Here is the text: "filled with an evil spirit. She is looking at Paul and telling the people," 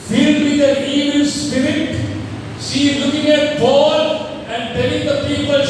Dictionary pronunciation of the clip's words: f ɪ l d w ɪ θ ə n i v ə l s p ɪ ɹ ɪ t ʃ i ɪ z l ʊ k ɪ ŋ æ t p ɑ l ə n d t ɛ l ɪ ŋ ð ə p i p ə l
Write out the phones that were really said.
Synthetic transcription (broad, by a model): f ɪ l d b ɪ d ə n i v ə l s p ɪ ɹ ɪ t s i l ʊ k ɪ ŋ æ t b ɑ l ə n d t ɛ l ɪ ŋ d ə p i p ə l